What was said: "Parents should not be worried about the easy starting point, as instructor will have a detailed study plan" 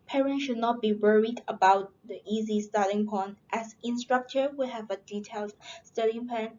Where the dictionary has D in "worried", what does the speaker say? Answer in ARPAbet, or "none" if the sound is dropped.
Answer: D